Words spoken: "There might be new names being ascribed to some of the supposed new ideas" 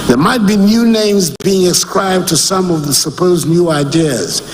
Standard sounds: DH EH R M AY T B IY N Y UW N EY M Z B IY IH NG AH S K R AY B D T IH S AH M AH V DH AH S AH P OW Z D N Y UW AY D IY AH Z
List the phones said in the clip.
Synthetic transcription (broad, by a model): DH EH R M AY T B IY N Y UW N EY M Z B IY IH NG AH S K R AY B T IH S AH M AH V DH AH S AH P OW Z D N Y UW AY D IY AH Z